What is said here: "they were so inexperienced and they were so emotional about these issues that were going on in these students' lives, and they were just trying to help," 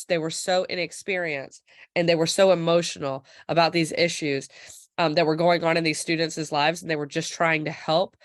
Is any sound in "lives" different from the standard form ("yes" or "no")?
no